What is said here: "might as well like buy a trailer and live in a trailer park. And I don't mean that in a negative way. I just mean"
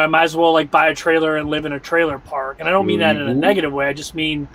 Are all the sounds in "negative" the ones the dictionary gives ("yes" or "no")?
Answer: yes